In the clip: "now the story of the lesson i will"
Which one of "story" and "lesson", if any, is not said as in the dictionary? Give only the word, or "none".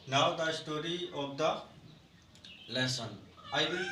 none